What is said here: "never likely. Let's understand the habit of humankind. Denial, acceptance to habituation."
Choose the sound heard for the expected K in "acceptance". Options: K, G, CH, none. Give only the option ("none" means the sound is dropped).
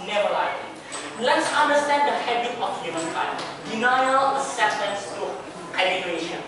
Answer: none